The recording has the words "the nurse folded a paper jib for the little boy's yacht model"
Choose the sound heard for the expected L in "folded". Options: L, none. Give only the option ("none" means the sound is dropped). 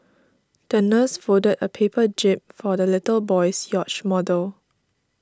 none